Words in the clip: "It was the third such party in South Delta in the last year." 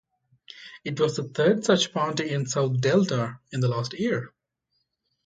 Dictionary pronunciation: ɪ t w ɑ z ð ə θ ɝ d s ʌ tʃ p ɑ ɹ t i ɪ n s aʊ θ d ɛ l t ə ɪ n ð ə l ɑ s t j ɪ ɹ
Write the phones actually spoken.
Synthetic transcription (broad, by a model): ɪ t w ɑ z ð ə t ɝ d s ʌ tʃ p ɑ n t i ɪ n s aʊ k d ɛ l t ə ɪ n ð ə l ɑ s t j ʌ ɹ